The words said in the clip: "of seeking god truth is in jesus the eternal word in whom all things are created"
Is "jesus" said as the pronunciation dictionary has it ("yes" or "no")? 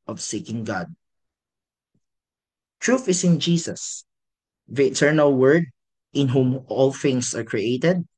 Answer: no